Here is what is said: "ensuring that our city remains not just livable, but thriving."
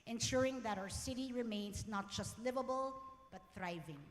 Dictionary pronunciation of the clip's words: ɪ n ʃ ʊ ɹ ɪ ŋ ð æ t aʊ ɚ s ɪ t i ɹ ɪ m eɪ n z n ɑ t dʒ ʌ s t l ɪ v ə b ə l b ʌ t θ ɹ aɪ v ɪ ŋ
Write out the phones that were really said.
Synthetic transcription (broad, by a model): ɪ n ʃ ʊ ɹ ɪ ŋ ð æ t aʊ ɚ s ɪ t i ɹ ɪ m eɪ n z n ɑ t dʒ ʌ s t l ɪ v ə b ə l b ʌ t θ ɹ aɪ v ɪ ŋ